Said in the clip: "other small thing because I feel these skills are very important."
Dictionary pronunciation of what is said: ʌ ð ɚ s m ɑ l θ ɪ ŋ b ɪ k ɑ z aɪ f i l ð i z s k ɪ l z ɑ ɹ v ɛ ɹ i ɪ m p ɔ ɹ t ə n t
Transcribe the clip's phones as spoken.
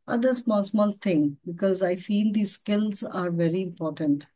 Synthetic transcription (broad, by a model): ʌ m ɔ s m ɑ l t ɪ ŋ b ɪ k ɑ z aɪ f i l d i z s k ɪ l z ɑ ɹ v ɛ ɹ i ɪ m p ɔ ɹ t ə n t